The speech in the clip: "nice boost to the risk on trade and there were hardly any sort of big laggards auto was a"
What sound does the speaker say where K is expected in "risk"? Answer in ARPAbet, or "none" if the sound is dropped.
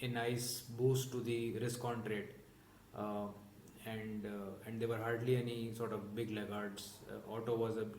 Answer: K